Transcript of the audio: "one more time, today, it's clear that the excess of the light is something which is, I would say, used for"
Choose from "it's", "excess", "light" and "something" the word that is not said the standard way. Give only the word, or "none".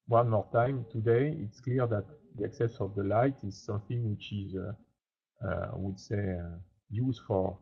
none